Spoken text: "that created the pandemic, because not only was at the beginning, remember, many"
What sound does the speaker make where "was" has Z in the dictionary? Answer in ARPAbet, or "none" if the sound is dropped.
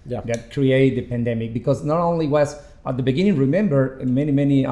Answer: S